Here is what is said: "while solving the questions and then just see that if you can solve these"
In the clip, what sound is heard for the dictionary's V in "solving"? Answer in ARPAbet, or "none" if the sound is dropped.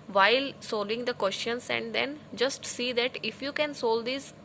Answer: none